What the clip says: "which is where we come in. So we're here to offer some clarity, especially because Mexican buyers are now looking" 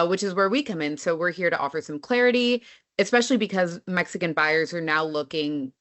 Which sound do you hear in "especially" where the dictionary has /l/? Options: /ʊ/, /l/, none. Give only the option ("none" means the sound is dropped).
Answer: /l/